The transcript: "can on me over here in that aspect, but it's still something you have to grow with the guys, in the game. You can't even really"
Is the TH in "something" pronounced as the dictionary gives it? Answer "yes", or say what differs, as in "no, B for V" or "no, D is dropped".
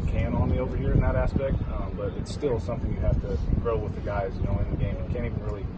yes